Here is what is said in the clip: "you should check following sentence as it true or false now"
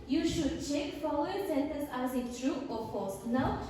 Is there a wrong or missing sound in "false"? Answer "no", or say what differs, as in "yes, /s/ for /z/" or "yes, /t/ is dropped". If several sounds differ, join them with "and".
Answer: yes, /l/ is dropped